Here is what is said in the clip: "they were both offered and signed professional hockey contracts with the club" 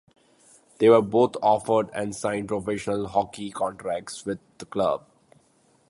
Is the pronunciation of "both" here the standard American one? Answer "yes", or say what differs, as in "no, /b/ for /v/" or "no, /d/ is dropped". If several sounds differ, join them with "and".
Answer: no, /t/ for /θ/